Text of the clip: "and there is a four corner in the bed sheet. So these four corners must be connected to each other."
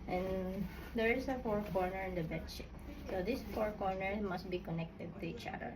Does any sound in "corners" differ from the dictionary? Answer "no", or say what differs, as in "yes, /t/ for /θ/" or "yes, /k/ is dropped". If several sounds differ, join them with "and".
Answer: yes, /z/ is dropped